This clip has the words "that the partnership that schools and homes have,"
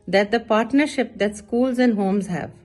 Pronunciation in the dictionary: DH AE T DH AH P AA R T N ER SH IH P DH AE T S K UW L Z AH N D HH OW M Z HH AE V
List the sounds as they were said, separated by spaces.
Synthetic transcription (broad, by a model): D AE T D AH P AA R T N ER SH IH P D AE T S K UW L Z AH N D HH OW M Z HH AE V